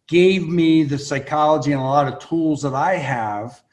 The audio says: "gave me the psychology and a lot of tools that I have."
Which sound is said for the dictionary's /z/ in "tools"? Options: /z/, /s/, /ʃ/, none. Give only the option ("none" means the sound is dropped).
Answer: /z/